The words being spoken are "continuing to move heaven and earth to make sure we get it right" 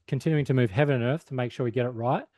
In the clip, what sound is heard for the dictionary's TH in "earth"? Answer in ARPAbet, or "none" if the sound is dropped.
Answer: TH